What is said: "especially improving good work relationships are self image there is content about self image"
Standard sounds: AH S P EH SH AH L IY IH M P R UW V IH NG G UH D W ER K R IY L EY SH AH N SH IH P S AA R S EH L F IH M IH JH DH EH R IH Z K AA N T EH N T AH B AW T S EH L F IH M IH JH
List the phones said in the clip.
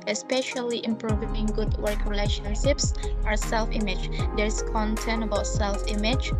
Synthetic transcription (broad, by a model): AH S P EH SH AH L IY IH M P R UW V IH NG G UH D W ER K R IY L EY SH AH N SH IH P S AA R S EH L F IH M IH JH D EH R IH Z K AA N T EH N T AH B AW T S EH L F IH M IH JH